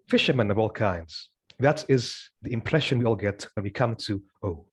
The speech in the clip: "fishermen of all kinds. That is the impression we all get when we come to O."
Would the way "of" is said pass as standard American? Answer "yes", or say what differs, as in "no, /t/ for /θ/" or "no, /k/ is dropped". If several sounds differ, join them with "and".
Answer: yes